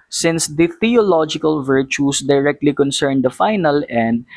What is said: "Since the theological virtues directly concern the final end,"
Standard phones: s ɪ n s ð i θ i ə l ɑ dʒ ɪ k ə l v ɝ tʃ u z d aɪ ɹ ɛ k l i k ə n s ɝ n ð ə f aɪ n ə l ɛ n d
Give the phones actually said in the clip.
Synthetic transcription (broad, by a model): s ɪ n s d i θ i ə l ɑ dʒ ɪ k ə l v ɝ tʃ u s d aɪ ɹ ɛ k l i k ə n s ɝ n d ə f aɪ n ə l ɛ n d